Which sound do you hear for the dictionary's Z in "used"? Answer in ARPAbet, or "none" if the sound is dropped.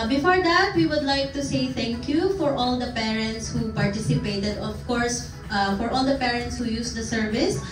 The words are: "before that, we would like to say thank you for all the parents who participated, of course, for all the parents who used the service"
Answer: S